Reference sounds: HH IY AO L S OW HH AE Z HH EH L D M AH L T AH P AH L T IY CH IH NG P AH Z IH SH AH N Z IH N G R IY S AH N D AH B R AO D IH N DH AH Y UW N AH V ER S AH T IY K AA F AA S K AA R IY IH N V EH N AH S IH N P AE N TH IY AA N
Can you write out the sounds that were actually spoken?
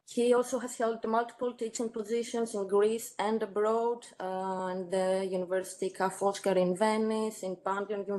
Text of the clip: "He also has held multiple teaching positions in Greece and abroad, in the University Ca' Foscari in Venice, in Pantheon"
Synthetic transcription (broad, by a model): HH IY AO L S OW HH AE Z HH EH L D M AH L T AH P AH L T IY CH IH NG P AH Z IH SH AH N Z IH N G R IY S AH N D AH B R AO D IH N DH AH Y UW N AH V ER S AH T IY K AA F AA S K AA R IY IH N V EH N AH S IH N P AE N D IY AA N